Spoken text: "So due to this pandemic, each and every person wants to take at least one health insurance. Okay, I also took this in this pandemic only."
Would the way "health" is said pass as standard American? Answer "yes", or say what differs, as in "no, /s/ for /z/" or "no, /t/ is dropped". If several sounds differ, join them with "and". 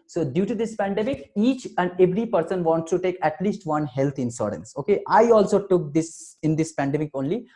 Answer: no, /t/ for /θ/